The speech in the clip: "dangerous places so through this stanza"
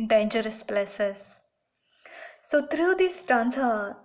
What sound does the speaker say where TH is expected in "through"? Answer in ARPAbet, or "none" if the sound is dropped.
T